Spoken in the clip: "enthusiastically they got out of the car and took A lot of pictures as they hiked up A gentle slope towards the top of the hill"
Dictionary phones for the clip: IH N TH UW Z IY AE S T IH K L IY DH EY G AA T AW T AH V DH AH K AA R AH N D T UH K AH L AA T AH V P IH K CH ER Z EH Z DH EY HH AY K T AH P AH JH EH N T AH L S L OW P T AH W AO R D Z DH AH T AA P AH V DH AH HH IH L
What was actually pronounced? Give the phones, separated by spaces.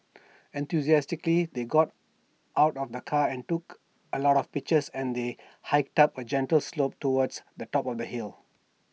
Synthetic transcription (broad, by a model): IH N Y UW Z IY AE S T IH K L IY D EY G AA T AW T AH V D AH K AA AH N T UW K AH L AA T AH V P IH K CH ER S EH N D EY HH AY K T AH P AH JH EH N T AH L S L OW P T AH W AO D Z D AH T AA P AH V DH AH HH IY L